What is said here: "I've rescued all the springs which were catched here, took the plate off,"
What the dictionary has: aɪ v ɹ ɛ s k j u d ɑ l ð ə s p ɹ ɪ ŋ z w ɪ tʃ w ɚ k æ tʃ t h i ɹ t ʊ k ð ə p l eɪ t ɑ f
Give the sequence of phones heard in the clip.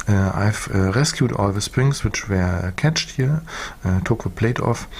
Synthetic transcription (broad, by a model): aɪ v ɹ ɛ s k j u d ɑ l ð ə s p ɹ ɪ ŋ s w ɪ tʃ w ɚ k æ tʃ t h i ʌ t ʊ k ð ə p l eɪ t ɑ f